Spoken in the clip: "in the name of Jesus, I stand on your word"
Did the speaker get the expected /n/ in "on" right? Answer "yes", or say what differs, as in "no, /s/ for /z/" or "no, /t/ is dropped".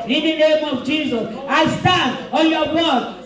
no, /l/ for /n/